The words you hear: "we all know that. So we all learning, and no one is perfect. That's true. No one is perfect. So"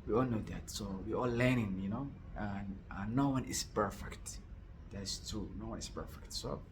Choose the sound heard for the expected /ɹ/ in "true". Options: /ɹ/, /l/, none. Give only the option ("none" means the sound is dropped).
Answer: none